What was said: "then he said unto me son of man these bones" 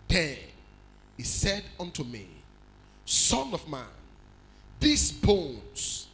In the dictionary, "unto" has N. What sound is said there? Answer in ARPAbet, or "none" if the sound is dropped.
N